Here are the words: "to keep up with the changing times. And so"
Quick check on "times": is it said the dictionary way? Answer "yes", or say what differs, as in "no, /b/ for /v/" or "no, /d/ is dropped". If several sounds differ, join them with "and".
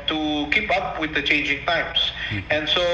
no, /s/ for /z/